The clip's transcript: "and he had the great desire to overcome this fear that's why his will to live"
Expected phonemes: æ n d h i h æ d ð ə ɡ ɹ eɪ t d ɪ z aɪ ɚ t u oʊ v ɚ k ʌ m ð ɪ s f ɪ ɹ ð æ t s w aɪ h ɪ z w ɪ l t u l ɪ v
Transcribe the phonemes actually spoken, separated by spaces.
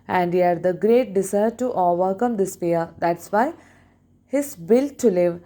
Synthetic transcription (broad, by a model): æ n d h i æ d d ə ɡ ɹ eɪ t d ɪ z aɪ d t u oʊ v ɚ k ʌ m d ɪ s p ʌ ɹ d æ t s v aɪ h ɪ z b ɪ l t u l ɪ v